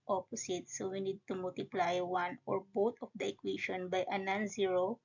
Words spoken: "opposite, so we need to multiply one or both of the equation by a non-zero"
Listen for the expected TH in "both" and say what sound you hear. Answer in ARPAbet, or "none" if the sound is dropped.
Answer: T